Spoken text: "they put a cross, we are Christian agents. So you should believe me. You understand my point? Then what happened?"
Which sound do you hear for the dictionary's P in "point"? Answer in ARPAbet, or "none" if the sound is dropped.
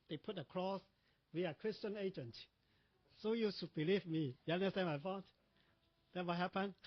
F